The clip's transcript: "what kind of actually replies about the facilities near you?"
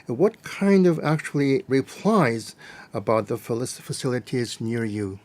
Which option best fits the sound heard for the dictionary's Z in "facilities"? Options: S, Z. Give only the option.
Z